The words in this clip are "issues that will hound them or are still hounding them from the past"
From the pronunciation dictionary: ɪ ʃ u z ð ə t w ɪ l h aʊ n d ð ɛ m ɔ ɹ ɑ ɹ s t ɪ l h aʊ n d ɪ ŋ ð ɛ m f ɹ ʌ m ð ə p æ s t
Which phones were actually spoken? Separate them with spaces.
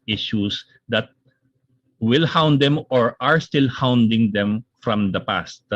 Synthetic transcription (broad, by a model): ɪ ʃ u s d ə t w ɪ l h aʊ n d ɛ m ɔ ɹ ɑ ɹ s t ɪ l h aʊ n d ɪ ŋ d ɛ m f ɹ ʌ m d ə p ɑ s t